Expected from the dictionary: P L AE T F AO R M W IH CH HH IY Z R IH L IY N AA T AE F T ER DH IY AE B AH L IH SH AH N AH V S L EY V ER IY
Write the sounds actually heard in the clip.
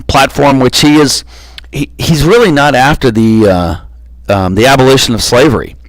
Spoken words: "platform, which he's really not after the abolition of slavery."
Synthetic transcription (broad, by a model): P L AE T F AO R M W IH CH HH IY Z R IH L IY N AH T AE F T ER DH IY AE B AH L IH SH AH N AH V S L EY V ER IY